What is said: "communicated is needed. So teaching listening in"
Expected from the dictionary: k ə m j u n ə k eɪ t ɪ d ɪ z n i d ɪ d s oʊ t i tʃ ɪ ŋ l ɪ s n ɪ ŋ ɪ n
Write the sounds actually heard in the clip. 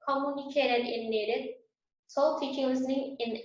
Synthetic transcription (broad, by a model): k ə m j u n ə k eɪ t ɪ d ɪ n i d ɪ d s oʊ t i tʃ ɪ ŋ l ɪ s n ɪ ŋ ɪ n